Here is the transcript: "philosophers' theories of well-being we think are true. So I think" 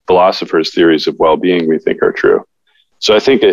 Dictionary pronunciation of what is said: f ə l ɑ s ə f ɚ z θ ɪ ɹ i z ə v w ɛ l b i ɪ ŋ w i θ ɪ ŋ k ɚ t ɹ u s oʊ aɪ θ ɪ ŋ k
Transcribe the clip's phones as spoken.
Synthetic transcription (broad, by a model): f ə l ɑ s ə f ɚ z θ ɪ ɹ i z ə v w ɛ l b i ɪ ŋ w i θ ɪ ŋ k ɚ t ɹ u s oʊ aɪ θ ɪ ŋ k